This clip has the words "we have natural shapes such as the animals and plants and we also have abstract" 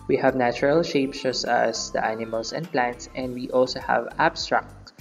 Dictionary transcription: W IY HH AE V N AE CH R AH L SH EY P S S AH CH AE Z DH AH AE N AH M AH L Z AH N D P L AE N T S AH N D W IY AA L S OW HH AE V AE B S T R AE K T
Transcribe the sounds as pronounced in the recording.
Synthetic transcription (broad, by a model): W IY HH AE V N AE CH R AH L SH EY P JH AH S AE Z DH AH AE N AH M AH L S AH N D P L AE N T S AH N D W IY AA L S OW HH AE V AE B S T R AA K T